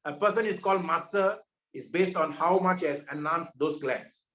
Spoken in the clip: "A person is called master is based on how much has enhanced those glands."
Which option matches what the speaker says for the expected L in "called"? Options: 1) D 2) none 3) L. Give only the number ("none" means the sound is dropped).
3